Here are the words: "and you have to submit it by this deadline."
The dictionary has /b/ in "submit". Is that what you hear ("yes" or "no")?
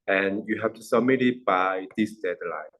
no